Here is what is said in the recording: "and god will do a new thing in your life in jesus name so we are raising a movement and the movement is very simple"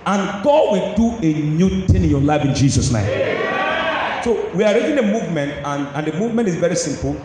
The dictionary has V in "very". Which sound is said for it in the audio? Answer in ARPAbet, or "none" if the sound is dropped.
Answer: V